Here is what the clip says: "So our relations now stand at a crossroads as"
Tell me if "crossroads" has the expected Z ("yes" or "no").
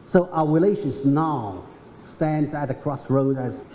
no